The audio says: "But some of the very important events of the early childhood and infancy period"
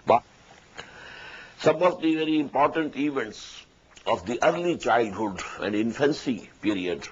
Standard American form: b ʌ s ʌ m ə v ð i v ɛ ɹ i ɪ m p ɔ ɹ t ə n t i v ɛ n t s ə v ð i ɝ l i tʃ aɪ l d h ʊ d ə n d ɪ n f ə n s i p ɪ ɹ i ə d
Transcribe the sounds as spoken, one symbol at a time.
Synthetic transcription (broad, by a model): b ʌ s ʌ m ə v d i v ɛ ɹ i ɪ m p ɔ ɹ t ə n t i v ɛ n t s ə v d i ɝ l i tʃ aɪ l d h ʊ d ə n d ɪ n f ə n s i p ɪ ɹ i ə d